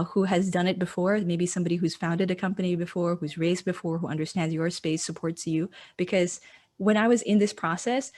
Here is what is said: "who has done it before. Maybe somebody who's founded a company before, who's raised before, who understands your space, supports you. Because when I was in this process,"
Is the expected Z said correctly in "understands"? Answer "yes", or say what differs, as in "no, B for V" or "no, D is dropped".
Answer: yes